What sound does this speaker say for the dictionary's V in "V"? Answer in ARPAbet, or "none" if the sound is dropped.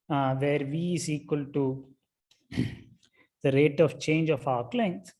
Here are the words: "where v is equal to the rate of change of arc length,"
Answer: V